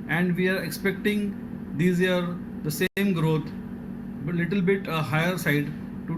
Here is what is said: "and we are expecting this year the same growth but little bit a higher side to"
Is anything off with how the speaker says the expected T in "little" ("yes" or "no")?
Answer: no